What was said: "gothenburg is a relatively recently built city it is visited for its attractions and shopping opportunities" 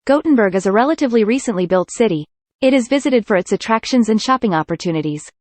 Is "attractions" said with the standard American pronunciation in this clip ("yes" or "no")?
yes